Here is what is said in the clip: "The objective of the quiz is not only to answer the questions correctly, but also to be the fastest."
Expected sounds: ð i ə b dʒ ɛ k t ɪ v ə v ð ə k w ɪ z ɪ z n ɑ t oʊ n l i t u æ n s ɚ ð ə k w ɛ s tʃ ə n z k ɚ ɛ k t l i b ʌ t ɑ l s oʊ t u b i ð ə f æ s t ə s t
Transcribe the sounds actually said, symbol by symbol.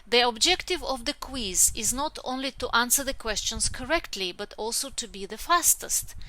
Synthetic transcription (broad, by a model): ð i ə b dʒ ɛ k t ɪ v ə v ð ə k w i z ɪ z n ɑ t oʊ n l i t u æ n s ɚ ð ə k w ɛ s tʃ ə n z k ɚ ɛ k t l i b ʌ t ɑ l s oʊ t u b i ð ə f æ s t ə s t